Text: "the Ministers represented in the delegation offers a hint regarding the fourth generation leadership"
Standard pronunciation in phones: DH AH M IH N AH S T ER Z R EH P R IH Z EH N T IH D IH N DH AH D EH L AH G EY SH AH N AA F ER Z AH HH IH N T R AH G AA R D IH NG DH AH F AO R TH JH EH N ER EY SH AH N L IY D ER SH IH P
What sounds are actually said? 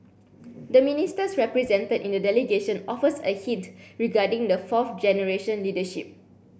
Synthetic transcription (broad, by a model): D AH M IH N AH S T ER S R EH P R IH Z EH N T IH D IH N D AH D EH L AH G EY SH AH N AA F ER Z AH HH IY T R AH G AA D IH NG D AH F AO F JH EH N ER EY SH AH N L IY D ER SH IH P